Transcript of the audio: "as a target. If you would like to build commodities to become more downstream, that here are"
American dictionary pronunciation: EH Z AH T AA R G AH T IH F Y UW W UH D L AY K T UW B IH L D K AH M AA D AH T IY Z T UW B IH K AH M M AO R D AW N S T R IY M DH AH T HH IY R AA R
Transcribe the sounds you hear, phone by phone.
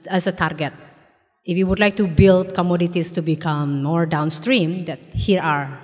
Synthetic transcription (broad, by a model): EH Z AH T AA R G AH T IH F Y UW W UH D L AY K T UW B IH L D K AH M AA D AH T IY S T UW B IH K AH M M AO R D AW N S T R IY M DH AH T HH IY R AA R